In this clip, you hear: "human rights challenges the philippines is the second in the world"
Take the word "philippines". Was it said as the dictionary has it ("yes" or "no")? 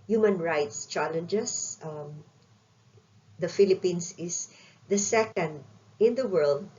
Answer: no